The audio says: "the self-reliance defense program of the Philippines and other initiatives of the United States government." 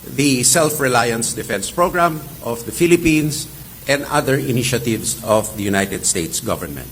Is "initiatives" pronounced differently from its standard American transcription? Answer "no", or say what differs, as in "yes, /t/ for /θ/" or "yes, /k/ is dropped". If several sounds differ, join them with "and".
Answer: yes, /s/ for /z/